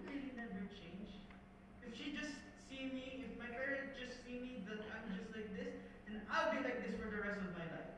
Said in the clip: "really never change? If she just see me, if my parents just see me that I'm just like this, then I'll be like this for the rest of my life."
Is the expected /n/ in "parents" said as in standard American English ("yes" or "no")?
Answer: no